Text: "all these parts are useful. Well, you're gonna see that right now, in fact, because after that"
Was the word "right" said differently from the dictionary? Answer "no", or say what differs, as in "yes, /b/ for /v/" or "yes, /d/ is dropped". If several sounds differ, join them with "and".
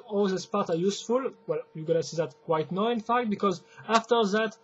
yes, /w/ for /ɹ/